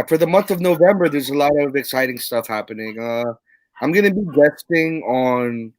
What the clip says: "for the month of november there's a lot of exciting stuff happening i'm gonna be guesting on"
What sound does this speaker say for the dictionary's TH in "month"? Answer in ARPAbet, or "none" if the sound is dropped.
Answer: TH